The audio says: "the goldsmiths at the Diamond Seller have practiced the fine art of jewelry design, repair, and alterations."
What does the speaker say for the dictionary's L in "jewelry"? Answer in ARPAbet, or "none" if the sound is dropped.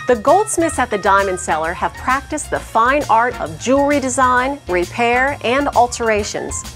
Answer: none